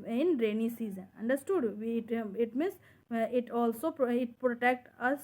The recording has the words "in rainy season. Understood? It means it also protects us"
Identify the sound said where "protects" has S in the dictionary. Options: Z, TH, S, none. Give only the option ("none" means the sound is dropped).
none